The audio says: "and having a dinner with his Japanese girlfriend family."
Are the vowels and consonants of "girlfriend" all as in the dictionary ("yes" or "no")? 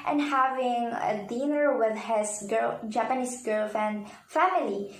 no